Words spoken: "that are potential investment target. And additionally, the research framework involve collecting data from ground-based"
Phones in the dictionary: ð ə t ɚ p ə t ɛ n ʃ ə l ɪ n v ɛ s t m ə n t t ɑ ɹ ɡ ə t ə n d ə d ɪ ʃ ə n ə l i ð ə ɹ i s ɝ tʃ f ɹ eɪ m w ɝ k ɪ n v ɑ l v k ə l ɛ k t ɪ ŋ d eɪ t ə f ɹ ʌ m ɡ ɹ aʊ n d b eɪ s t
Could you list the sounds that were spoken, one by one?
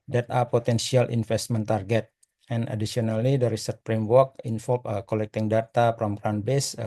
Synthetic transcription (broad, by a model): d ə t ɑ p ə t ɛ n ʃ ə l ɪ n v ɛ s t m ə n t t ɑ ɹ ɡ ə t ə n d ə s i ə n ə l i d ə ɹ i s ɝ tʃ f ɹ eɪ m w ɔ k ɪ n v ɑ l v k ə l ɛ k t ɪ ŋ d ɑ t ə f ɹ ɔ m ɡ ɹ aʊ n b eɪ s